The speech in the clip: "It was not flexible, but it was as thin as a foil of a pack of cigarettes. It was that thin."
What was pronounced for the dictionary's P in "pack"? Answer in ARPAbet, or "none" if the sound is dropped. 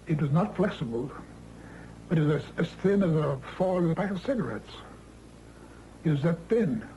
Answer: B